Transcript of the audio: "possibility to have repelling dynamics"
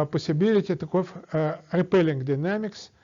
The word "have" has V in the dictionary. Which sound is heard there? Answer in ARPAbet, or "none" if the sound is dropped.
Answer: F